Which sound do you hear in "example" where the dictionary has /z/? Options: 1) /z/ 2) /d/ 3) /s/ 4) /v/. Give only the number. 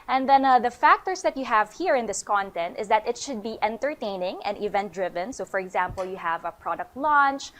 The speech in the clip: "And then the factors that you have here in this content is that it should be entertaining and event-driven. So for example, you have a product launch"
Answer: 1